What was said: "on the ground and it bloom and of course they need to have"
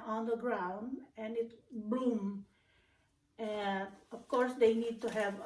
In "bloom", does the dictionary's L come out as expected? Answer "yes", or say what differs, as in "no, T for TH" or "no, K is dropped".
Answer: no, L is dropped